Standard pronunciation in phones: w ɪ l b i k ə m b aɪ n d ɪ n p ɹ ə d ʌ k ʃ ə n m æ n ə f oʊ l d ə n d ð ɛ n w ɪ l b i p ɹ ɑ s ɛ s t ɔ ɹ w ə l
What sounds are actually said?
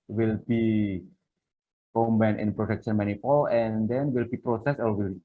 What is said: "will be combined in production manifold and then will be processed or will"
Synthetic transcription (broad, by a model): w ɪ l b i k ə m b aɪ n ɪ n p ɹ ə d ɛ k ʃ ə n m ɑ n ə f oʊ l ə n d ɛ n w ɪ l b i p ɹ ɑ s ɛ s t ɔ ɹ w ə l